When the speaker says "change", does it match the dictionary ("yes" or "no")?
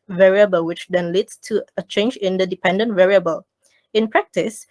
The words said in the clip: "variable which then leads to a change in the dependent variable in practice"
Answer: yes